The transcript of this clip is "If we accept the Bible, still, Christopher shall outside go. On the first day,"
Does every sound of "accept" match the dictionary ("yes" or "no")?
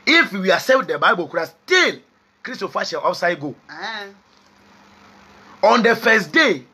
no